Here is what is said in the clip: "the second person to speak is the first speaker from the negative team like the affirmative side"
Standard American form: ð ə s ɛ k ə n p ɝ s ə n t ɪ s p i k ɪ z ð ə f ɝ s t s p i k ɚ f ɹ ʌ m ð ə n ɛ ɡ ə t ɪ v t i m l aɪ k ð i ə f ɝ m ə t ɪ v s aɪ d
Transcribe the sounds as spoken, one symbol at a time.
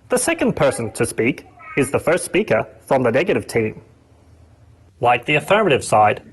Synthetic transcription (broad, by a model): ð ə s ɛ k ə n p ɝ s ə n t ɪ s p i k ɪ z ð ə f ɝ s t s p i k ɚ f ɹ ʌ m ð ə n ɛ ɡ ə t ɪ v t i m l aɪ k ð i ə f ɝ m ə t ɪ v s aɪ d